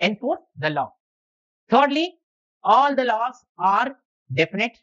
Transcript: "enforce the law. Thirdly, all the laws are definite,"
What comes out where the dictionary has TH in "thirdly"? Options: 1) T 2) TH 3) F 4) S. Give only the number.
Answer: 1